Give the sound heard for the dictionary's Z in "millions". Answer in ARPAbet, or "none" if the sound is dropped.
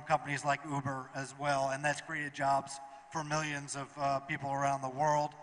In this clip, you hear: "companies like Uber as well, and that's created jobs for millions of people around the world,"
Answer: Z